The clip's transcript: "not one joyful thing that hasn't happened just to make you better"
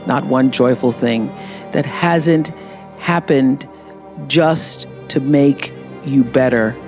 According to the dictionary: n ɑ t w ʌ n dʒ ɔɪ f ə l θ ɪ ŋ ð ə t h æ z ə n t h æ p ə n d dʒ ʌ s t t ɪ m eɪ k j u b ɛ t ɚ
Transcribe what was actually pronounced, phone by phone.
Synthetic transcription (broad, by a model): n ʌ t w ʌ n dʒ ɔɪ f l θ ɪ ŋ ð ə t h æ z ə n t h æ p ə n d dʒ ʌ s t t ɪ m eɪ k j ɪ b ɛ t ɚ